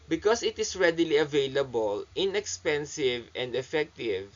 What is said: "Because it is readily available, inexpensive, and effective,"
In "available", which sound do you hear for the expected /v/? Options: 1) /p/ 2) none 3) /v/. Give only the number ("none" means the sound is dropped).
3